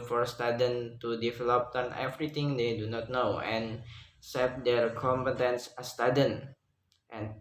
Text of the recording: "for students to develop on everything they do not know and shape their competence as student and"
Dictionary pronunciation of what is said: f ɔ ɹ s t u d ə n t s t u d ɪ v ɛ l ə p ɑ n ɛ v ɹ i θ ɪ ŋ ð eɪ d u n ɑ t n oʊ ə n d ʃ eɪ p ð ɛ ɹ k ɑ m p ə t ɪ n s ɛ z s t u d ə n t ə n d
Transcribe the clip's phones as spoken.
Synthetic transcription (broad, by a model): f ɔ ɹ s t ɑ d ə n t t u d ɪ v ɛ l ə p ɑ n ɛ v ɹ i t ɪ ŋ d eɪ d u n ɑ t n oʊ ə n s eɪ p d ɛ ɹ k ɑ m p ə t ɪ n s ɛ s t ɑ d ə n t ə n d